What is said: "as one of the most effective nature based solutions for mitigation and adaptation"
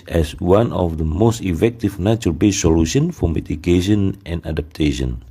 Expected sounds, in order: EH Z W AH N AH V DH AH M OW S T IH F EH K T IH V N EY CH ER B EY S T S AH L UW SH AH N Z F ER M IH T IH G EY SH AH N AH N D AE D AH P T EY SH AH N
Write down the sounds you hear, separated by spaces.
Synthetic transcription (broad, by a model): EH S W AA N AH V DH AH M OW S T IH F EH K T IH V N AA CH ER B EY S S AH L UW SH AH N F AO M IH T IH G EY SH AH N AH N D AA D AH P T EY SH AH N